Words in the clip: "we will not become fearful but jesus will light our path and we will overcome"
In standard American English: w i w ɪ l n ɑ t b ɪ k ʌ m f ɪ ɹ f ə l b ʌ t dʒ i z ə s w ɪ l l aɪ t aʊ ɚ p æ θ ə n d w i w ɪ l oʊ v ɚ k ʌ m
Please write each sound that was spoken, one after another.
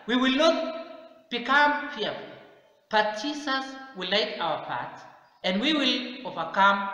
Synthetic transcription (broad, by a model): w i w ɪ l n ɑ t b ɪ k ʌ m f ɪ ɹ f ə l b ʌ t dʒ i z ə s w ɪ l l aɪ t aʊ ɚ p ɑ t ə n d w i w ɪ l oʊ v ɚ k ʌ m